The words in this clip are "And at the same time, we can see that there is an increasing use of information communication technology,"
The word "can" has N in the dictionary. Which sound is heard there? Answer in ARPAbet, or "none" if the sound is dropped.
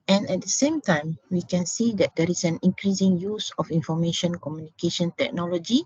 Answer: N